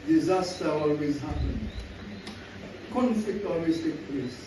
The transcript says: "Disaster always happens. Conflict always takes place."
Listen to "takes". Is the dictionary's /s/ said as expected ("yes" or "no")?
no